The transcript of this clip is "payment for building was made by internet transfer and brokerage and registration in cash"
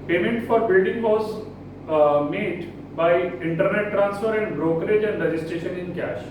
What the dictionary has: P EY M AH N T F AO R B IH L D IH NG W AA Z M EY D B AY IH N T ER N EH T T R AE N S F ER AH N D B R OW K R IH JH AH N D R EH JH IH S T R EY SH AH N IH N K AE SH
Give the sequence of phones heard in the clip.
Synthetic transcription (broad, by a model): P EY M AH N T F AO R B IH L D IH NG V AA Z M EY D B AY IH N T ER N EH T T R AE N S F ER AH N D B R OW K R IH JH AH N D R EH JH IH S T R EY SH AH N IH N K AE SH